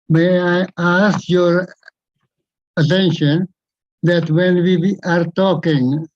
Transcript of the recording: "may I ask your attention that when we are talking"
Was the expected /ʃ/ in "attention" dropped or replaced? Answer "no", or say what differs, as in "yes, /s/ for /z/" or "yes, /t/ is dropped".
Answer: no